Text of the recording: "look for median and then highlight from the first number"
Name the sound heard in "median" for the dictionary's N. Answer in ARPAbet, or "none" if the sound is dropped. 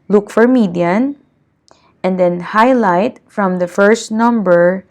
N